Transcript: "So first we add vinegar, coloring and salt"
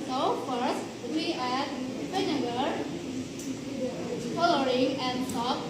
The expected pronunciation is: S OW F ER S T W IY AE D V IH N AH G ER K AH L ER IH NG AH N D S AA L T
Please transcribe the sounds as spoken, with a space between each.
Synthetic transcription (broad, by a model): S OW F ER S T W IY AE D P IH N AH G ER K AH L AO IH NG AH N D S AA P